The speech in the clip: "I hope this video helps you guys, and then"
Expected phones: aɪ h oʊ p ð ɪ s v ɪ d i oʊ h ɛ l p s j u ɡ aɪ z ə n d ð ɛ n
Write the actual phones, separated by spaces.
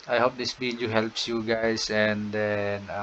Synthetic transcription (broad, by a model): aɪ h oʊ p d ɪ s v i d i h ɛ l p s j u ɡ aɪ s ə n d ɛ n